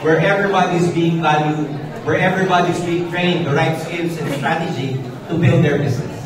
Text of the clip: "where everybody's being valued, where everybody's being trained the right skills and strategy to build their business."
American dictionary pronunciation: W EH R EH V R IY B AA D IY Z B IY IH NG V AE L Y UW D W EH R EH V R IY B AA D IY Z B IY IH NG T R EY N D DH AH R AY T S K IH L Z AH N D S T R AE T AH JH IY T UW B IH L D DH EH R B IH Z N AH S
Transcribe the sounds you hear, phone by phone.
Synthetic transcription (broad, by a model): W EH R EH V R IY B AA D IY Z B IY IH NG V AE L Y UW D W EH R EH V R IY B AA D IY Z B IY IH NG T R EY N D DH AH R AY T S K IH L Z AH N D S T R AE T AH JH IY T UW B IH L D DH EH R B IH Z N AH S